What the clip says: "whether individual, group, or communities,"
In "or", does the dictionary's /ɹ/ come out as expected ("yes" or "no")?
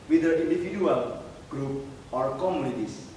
yes